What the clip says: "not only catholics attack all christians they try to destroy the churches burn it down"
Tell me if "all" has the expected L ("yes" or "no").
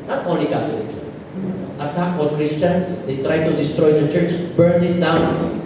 no